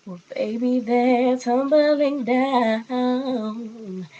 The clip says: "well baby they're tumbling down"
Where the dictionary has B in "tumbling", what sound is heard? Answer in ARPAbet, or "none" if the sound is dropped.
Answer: B